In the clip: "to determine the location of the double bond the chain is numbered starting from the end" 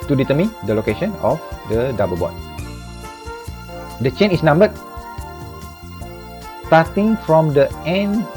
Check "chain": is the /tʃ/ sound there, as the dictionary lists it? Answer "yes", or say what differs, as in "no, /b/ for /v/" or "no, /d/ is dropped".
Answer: yes